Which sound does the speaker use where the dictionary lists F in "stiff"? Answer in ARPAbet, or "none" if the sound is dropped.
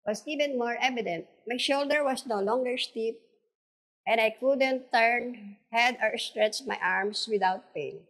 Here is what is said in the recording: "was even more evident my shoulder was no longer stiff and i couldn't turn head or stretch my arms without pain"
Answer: P